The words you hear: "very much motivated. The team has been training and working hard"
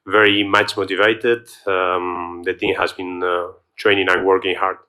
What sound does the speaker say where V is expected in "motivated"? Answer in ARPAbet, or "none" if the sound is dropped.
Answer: V